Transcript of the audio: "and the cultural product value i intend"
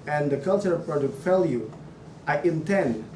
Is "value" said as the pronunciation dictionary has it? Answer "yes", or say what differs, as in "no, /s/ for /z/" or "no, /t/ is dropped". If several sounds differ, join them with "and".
no, /f/ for /v/